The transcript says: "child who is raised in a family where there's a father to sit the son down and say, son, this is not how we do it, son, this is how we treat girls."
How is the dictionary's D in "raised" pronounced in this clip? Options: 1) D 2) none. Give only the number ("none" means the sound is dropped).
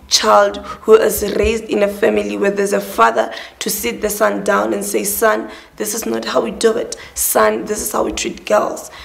1